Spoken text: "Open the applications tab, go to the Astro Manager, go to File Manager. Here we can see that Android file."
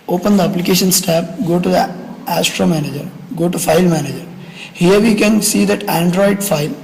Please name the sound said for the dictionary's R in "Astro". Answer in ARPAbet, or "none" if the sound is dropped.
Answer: R